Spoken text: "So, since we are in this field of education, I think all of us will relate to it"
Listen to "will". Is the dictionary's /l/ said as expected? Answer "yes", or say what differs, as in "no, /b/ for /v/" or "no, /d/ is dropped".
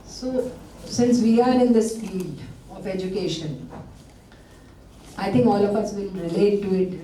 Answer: no, /n/ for /l/